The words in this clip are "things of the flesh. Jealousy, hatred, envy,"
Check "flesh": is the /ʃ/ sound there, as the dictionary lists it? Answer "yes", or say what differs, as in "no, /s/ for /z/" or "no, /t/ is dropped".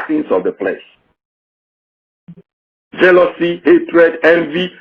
no, /s/ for /ʃ/